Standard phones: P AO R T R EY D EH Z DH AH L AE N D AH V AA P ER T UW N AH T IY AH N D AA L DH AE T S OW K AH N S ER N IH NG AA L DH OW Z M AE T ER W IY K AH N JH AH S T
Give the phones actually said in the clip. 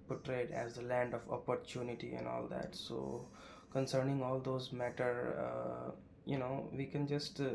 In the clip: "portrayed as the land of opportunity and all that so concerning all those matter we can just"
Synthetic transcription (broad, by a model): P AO T R EY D EH Z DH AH L AE N D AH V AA P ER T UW N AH T IY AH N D AA L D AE T S OW K AH N S ER N IH NG AA L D OW Z M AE T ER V IY K AH N JH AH S T